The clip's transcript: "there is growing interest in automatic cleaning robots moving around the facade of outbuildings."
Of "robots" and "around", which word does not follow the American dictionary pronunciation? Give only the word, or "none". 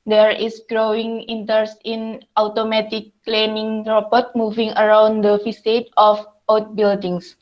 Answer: robots